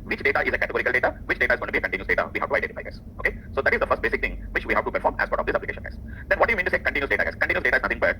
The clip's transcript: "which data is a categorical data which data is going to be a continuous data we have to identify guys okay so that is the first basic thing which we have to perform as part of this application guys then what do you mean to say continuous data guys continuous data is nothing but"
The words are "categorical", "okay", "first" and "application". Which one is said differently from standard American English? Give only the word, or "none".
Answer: none